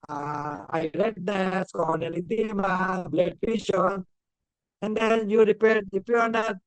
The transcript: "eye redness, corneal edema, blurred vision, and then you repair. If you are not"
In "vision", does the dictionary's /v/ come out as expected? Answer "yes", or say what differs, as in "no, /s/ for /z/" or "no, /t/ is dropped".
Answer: no, /p/ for /v/